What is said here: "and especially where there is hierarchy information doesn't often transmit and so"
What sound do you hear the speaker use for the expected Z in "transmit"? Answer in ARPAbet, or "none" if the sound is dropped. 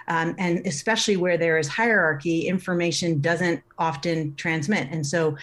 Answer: Z